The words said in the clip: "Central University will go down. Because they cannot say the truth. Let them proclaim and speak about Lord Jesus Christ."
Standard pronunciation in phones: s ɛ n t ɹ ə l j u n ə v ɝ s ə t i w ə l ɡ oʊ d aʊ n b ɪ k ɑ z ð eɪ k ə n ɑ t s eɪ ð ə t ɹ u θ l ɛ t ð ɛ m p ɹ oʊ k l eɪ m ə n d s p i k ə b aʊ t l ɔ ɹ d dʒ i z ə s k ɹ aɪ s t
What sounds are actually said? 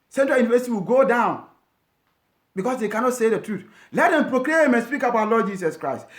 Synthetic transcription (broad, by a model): s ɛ n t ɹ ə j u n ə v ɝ s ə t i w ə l ɡ oʊ d aʊ n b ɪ k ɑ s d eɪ k ə n ɑ t s eɪ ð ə t ɹ u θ l ɛ t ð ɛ m p ɹ oʊ k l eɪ m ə n s p i k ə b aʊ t l ɔ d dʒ i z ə s k ɹ aɪ s t